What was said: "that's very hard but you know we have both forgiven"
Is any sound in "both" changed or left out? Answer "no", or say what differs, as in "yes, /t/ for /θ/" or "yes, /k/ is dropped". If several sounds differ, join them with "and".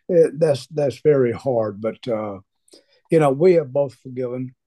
no